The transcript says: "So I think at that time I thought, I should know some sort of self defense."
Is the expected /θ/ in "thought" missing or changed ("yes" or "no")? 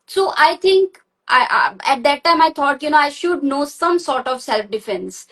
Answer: yes